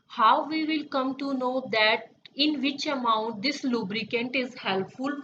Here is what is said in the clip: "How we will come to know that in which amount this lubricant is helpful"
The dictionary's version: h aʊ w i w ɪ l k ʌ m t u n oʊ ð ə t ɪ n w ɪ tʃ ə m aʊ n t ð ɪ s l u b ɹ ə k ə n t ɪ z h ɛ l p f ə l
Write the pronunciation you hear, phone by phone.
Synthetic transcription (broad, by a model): h aʊ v i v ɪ l k ʌ m t u n oʊ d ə t ɪ n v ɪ tʃ ə m aʊ n t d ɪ s l u b ɹ ə k ə n t ɪ z h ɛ l p f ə l